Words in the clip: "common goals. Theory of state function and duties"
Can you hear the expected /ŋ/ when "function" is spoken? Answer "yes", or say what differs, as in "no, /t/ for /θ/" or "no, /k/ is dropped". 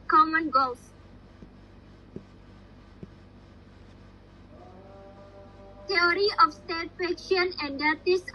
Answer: no, /ŋ/ is dropped